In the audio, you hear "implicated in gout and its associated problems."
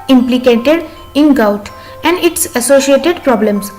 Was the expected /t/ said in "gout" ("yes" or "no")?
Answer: yes